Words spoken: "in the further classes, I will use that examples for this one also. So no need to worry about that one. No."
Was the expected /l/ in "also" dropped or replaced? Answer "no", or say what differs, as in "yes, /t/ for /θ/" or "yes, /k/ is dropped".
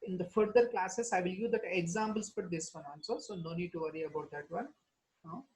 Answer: yes, /n/ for /l/